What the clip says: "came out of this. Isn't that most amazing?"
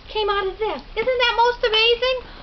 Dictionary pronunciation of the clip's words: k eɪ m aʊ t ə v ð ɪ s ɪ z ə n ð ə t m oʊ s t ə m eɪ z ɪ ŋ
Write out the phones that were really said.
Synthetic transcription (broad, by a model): k eɪ m aʊ t ə v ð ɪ ɪ z ə n ð ə t m oʊ s t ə m eɪ z ɪ ŋ